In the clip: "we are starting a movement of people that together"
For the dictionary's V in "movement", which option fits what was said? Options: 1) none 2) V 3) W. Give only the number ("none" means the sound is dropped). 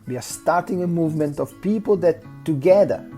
2